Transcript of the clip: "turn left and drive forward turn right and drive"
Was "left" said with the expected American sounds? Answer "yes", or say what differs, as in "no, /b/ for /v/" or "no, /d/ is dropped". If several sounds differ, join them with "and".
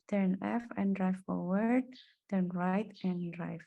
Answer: no, /t/ is dropped